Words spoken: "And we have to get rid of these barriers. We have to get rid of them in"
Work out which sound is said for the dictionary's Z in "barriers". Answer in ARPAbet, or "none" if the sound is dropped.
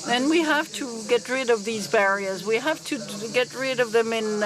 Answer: Z